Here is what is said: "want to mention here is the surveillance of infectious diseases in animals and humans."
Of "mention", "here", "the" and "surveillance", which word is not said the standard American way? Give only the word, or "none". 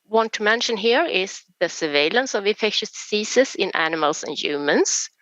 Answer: none